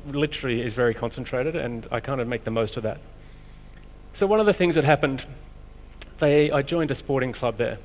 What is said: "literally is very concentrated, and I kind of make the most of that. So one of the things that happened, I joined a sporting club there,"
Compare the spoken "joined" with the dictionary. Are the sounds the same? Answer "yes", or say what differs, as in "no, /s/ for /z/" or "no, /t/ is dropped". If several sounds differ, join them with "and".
yes